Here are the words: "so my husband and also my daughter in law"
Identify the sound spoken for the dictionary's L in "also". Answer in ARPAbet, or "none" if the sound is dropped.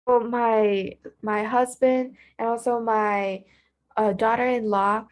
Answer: L